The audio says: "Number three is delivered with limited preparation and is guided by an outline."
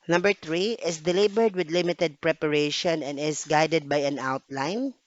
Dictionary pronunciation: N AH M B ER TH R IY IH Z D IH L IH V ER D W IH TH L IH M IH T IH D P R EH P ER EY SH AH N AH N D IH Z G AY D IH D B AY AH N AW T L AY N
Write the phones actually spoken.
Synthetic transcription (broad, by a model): N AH M B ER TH R IY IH S D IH L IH B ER D W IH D L IH M IH T IH D P R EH P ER EY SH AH N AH N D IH S G AY D IH D B AY AH N AW T L AY N